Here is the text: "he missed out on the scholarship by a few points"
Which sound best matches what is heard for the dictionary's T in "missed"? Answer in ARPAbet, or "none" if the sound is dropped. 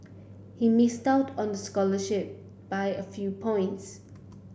T